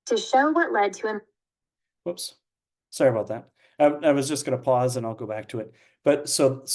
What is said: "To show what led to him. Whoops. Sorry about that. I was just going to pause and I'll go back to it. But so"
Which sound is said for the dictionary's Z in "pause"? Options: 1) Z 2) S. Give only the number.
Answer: 1